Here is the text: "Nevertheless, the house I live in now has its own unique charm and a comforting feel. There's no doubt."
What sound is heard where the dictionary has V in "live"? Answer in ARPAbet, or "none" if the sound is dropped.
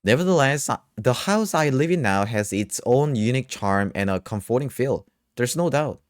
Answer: V